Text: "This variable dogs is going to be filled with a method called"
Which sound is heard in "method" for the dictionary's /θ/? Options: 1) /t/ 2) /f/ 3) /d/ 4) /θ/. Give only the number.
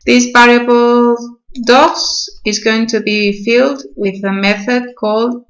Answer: 4